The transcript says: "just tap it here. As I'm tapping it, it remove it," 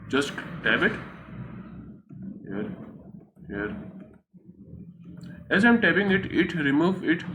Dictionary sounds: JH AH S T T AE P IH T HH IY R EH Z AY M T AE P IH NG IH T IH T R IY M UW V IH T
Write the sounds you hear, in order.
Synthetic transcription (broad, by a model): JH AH S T T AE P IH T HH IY R EH Z AY M T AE B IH NG IH T IH T R IY M UW V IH T